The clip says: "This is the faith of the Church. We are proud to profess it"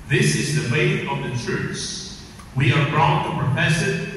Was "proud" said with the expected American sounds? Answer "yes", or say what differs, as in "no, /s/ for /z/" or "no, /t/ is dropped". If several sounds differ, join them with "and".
no, /b/ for /p/